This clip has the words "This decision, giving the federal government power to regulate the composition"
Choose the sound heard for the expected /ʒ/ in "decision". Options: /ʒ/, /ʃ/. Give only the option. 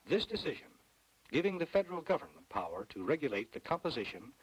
/ʒ/